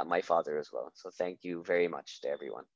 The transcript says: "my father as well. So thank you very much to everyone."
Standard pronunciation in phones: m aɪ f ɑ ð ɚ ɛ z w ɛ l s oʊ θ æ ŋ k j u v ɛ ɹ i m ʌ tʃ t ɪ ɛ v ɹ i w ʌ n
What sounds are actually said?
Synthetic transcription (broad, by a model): m aɪ f ɑ ð ɚ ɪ z w ɛ l s oʊ θ æ ŋ k j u v ɛ ɹ i m ʌ tʃ t ɪ ɛ v ɹ i w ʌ n